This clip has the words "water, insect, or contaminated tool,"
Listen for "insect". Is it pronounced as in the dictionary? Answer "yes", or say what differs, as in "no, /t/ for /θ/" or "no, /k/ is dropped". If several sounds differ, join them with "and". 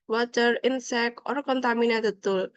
no, /t/ is dropped